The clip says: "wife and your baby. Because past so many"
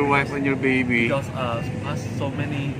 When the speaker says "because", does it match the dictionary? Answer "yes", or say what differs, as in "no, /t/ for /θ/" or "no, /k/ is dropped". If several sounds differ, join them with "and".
no, /z/ is dropped